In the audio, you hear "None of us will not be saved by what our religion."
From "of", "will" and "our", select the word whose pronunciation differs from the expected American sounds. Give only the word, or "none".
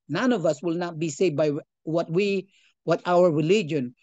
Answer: none